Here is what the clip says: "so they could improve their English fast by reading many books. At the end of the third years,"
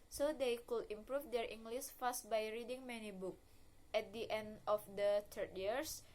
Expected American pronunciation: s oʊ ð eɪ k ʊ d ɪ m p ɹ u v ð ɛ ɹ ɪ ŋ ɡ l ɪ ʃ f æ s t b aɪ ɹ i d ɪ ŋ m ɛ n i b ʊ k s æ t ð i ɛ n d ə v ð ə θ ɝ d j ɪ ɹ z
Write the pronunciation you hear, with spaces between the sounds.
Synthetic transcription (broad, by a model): s oʊ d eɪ k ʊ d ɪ m p ɹ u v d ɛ ɹ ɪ ŋ ɡ l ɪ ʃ f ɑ s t b aɪ ɹ i d ɪ ŋ m ɛ n i b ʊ k ɛ t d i ɛ n d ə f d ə t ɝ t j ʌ ɹ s